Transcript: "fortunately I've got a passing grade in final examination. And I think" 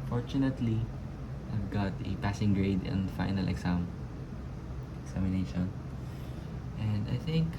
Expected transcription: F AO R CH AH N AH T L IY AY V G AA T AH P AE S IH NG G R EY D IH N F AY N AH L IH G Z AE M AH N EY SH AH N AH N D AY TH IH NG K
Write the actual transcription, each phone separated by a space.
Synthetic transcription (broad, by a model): F AO R CH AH N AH T L IY AY V G AA T AH P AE S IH NG G R EY D IH N F AY N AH L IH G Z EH M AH N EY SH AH N AH N D AY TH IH NG K